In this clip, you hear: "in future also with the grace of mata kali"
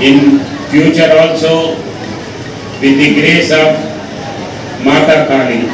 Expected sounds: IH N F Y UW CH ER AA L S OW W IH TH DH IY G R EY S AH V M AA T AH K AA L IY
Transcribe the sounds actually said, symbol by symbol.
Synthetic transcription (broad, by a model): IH N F Y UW CH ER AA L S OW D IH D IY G R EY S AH B M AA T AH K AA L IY